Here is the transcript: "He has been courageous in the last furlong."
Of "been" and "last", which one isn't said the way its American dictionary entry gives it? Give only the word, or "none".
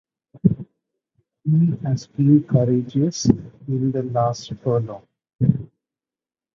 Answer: been